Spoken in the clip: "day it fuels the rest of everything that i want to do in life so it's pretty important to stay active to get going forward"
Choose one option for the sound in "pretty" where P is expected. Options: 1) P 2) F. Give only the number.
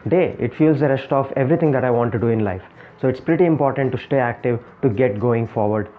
1